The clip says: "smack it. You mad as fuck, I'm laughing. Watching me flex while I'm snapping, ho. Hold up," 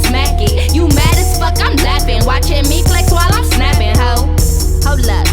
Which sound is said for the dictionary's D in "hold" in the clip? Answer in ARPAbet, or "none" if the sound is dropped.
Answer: none